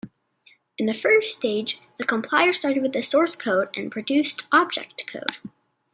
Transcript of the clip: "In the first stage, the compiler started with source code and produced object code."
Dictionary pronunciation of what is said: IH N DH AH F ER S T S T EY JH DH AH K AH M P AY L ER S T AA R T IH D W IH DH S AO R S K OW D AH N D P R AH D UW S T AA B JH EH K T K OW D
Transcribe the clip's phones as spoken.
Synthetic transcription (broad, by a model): IH N DH AH F ER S S T EY JH DH AH K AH M P AY ER S T AA R T IH D W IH DH S AO R S K OW D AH N P R AH D UW S T AA B JH EH K T K OW D